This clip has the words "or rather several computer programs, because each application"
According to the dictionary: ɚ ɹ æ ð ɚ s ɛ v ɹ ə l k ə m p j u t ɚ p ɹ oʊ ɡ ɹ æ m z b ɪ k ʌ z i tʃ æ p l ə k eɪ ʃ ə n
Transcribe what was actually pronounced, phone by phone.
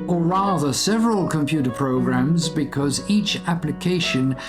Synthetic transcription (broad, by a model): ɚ ɹ æ ð ɚ s ɛ v ɹ ə l k ə m p j u t ɚ p ɹ oʊ ɡ ɹ æ m z b ɪ k ʌ z i tʃ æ p l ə k eɪ ʃ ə n